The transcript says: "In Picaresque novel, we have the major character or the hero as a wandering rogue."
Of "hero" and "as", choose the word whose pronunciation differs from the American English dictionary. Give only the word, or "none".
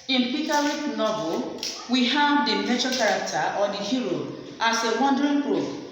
as